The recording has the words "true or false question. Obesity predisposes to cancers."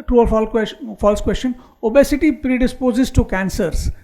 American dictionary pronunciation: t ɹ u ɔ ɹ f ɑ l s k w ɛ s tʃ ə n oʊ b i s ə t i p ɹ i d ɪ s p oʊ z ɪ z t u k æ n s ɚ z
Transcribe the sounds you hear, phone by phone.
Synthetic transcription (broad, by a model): t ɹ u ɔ l f ɑ l s k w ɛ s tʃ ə n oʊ b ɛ s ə t i p ɹ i d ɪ s p oʊ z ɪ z t u k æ n s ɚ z